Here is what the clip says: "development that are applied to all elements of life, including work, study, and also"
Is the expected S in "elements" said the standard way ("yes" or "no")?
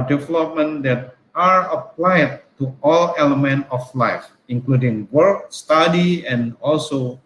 no